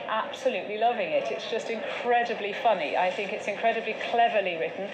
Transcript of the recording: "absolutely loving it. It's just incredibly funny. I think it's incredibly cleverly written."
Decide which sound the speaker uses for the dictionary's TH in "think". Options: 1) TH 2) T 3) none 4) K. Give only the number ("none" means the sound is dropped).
1